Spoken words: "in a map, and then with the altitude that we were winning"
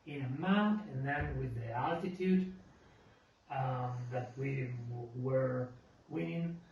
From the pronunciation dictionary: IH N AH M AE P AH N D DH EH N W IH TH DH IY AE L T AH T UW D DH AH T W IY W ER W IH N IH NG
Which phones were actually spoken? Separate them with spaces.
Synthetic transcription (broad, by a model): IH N AH M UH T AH N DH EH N W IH DH IY AE L T AH T UW D DH AH T W IY W ER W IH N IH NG